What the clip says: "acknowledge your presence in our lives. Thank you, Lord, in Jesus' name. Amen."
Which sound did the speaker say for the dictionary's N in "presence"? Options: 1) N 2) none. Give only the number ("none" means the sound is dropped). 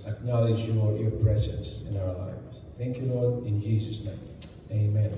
1